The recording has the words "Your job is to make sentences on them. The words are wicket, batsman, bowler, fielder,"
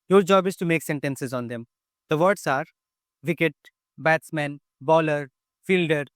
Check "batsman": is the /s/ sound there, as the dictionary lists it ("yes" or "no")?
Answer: yes